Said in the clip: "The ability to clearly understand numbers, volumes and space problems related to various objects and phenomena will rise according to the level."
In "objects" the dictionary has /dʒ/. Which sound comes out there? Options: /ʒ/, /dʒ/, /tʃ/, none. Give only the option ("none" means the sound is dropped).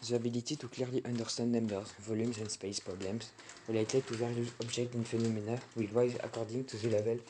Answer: /ʒ/